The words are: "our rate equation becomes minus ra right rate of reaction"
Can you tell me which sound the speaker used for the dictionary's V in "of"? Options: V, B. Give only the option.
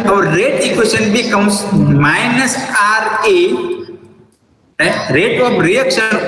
B